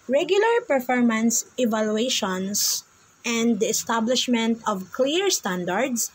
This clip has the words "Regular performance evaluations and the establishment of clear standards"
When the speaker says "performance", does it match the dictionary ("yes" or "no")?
yes